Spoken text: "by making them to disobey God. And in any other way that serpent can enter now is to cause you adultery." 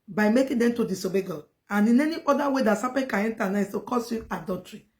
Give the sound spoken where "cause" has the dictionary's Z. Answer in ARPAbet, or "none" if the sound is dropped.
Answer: S